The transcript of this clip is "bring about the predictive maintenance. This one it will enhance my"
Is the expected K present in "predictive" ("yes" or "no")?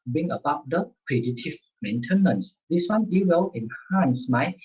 no